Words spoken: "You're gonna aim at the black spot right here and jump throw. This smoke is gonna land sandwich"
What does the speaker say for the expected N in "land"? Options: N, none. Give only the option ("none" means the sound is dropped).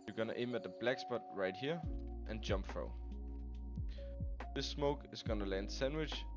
N